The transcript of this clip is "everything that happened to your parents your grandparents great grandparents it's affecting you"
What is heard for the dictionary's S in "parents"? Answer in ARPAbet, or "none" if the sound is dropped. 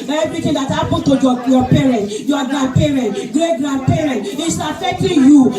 none